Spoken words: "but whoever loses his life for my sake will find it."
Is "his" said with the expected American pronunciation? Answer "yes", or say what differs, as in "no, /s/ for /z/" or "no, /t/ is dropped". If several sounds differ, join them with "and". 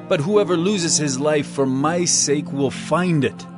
yes